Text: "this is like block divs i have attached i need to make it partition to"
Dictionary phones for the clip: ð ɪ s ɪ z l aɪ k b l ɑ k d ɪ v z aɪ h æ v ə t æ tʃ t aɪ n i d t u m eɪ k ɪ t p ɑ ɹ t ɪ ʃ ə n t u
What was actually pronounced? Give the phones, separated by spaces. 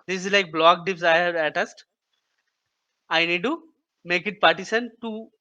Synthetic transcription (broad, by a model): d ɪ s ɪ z l aɪ k b l ɑ k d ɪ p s aɪ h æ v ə t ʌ s t aɪ n i d t u m eɪ k ɪ t p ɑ ɹ t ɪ s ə n t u